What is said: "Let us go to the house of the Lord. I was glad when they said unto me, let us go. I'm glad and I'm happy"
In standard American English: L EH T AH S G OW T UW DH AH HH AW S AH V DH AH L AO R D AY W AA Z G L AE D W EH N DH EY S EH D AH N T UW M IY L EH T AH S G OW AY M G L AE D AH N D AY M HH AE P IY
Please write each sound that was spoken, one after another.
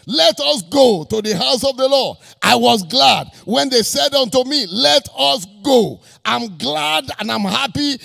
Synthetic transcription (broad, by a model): L EH T AH S G OW T UW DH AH HH AW S AH V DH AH L AO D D AY W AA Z G L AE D W EH N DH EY S EH D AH N T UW M IY L EH T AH S G OW AY M G L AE D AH N AY M HH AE P IY